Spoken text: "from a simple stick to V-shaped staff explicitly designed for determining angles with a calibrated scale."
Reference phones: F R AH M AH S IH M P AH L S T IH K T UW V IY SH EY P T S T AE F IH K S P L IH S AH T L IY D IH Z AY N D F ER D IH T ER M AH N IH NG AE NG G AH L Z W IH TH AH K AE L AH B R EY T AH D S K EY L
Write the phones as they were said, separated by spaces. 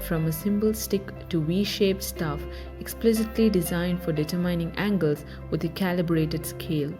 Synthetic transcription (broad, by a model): F R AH M AH S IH M B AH L S T IH K T UW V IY SH EY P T S T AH F IH K S P L IH S AH T L IY D IH Z AY N D F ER D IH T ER M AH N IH NG AE NG G AH L Z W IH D AH K AE L AH B R EY T AH D S K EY L